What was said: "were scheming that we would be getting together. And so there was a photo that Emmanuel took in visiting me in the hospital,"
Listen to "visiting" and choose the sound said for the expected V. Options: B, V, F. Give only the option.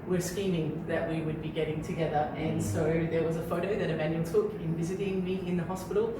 V